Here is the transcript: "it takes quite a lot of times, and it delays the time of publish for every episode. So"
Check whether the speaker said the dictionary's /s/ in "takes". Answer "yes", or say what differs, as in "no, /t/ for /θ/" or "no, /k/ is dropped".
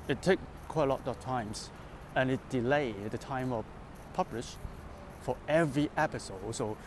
no, /s/ is dropped